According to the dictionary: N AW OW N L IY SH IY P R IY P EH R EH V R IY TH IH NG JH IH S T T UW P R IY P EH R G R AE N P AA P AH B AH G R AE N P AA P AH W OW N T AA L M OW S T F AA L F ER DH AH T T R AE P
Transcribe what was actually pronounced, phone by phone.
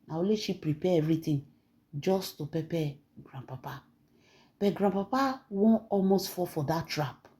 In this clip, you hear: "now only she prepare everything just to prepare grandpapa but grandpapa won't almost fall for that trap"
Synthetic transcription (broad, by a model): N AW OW L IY SH IY P R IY P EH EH V R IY T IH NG JH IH S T T UW P IY P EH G R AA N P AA P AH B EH G R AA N P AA P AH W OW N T AA L M OW S T F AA F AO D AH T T R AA P